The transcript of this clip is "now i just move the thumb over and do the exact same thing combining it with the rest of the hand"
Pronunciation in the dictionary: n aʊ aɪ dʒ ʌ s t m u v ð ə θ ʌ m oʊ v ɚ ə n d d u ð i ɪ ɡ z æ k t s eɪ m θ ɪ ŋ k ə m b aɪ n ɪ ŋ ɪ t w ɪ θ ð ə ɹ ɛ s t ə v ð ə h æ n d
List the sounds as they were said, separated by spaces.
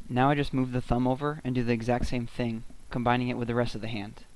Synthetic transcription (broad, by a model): n aʊ aɪ dʒ ʌ s t m u v ð ə θ ʌ m oʊ v ɚ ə n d d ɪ ð i ɪ ɡ z æ k t s eɪ m θ ɪ ŋ k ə m b aɪ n ɪ ŋ ɪ t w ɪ ð ə ɹ ɛ s t ə v ð ə h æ n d